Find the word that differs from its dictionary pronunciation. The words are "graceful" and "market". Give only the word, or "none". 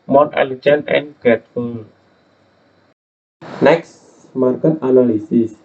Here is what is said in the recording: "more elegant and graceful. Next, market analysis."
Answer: graceful